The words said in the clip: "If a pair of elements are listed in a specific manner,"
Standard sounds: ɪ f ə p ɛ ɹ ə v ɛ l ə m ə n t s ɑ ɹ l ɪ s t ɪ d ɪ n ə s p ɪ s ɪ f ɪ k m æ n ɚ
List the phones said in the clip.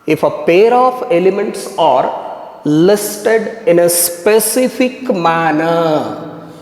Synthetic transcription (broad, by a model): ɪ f ə p ɛ ɹ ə f ɛ l ə m ə n t s ɑ ɹ l ɪ s t ɪ d ɪ n ə s p ɪ s ɪ f ɪ k m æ n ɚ